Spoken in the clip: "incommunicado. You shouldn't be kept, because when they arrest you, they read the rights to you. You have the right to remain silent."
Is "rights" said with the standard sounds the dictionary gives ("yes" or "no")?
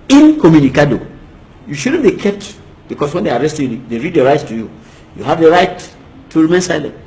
no